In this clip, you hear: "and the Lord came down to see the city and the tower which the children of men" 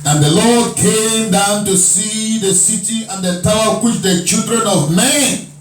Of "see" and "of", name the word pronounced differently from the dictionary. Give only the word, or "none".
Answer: none